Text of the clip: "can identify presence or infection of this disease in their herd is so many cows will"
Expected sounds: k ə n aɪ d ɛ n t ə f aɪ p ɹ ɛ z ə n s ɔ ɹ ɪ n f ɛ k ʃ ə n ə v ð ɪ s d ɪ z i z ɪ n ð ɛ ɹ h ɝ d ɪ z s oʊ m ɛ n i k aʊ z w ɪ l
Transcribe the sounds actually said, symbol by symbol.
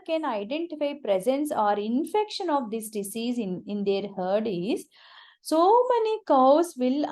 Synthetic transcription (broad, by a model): k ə n aɪ d ɛ n t ə f aɪ p ɹ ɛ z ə n s ɔ ɹ ɪ n f ɛ k ʃ ə n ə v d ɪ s d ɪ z i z ɪ n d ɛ ɹ h ɝ d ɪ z s oʊ m ɛ n i k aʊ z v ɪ l